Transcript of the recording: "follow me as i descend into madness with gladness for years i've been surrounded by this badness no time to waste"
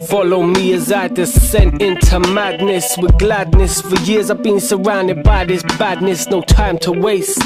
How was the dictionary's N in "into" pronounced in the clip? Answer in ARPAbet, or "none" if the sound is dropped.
N